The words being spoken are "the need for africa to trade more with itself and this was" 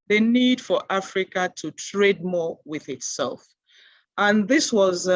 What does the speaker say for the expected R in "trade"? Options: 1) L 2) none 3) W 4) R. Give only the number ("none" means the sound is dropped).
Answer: 4